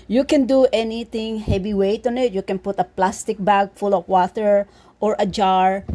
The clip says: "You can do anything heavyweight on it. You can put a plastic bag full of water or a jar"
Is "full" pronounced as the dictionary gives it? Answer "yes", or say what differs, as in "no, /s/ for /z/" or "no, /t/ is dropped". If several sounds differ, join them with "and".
yes